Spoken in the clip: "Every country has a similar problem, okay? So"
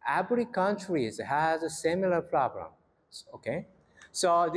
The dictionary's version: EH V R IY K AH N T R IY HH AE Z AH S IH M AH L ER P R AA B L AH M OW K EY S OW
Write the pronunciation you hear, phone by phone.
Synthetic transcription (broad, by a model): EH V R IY K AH N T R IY HH AE Z AH S IH M AH L ER P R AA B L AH M OW K EY S OW